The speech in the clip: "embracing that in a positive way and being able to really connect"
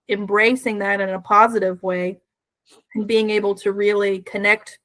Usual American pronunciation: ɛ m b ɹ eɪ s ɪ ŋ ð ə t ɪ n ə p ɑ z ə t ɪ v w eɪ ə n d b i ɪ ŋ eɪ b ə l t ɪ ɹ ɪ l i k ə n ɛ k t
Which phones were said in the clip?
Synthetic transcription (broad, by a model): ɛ m b ɹ eɪ s ɪ ŋ ð ə t ɪ n ə p ɑ z ə t ɪ v w eɪ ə n b i ɪ ŋ eɪ b l t ɪ ɹ ɪ l i k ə n ɛ k t